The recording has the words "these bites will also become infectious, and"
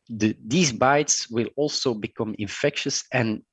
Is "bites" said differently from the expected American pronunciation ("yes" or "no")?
no